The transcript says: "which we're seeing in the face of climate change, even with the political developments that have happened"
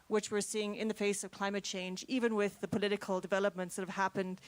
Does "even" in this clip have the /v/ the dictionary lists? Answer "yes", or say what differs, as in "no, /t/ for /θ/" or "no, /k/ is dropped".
yes